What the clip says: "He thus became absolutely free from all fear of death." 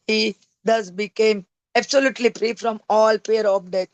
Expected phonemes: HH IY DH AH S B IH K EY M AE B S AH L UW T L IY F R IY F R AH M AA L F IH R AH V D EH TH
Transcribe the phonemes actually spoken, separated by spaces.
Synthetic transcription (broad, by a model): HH IY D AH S B IH K EY M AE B S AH L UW T L IY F R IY F R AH M AA L P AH R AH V D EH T